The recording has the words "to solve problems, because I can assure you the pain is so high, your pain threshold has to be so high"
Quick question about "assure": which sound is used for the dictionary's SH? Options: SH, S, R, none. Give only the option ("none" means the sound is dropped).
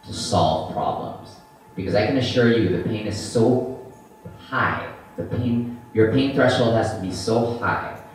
SH